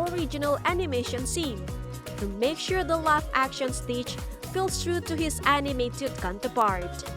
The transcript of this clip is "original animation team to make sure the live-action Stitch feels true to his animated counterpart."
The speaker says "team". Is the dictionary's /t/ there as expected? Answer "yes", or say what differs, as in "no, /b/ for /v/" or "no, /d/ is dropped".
no, /s/ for /t/